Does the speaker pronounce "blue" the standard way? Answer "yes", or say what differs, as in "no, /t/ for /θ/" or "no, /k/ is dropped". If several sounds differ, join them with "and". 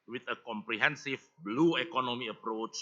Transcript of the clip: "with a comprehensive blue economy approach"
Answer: yes